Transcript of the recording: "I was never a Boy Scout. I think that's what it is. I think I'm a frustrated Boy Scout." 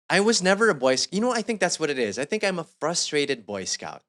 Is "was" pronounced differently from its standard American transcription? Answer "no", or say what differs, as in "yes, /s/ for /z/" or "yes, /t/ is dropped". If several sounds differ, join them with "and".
no